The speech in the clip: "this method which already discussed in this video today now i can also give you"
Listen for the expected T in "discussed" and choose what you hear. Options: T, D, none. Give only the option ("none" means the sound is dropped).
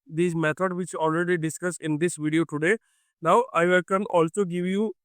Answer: none